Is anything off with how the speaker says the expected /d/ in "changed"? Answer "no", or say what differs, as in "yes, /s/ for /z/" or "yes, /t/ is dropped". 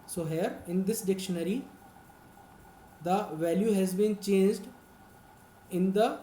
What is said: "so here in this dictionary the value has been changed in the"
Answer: no